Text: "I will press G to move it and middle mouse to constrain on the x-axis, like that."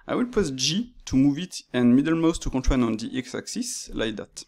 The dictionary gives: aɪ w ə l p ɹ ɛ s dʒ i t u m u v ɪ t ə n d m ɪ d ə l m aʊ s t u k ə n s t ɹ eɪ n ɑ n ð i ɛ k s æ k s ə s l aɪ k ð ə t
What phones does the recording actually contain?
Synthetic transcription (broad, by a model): aɪ w ə l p ɛ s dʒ i t u m u v ɪ t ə n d m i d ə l m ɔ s t u k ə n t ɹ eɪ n ɑ n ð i ɛ k s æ k s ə s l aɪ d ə t